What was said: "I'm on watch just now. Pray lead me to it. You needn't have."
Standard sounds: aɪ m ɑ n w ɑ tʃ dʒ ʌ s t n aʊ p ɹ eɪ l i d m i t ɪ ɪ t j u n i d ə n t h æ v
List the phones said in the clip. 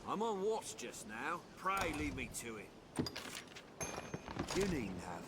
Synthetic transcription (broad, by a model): aɪ m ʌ n w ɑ s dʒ ʌ s n aʊ p ɹ eɪ l i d m i t ɪ ɪ t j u n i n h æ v